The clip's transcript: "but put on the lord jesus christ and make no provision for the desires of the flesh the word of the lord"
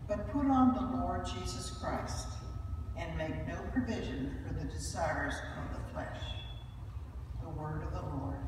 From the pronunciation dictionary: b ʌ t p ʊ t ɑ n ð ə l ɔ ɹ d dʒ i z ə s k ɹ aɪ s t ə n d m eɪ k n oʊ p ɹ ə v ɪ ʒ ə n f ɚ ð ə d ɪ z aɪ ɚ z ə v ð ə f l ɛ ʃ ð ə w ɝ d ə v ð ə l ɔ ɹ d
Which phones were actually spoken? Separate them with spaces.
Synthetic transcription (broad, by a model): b ʌ t p ʊ t n ð ə l ɔ ɹ d dʒ i z ə s k ɹ aɪ s t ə n m eɪ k n oʊ p ɹ ə v ɪ ʒ ə n f ɚ ð ə d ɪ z aɪ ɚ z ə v ð ə f l ɛ ʃ ð ə w ɝ d ə v ð ə l ɔ ɹ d